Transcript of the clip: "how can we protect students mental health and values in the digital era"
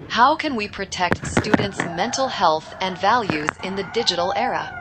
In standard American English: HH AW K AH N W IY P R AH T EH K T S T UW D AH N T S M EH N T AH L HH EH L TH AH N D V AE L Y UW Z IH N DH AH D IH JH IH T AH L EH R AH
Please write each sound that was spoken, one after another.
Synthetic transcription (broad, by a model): HH AW K AH N W IY P R AH T EH K T S T UW D N T S M EH N T L HH EH L TH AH N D V AE L Y UW Z IH N DH AH D IH JH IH T L EH R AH